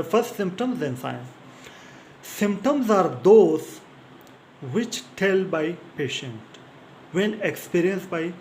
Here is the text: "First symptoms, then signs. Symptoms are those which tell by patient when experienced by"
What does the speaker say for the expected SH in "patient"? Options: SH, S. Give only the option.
SH